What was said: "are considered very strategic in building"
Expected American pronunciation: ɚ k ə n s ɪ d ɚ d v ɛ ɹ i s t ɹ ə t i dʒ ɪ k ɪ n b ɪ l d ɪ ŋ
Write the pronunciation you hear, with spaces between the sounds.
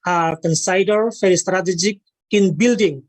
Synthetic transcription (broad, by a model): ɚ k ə n s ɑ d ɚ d f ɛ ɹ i s t ɹ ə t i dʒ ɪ k ɪ n b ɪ l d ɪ ŋ